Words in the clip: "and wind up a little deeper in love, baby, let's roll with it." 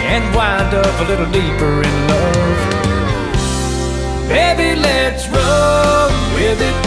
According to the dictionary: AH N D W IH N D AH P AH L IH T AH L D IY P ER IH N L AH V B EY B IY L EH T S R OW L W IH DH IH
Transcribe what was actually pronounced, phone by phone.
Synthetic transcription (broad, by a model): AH N W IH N D AH P AH L IH T L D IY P ER IH N L AH V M EY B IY L EH T S R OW N W IH DH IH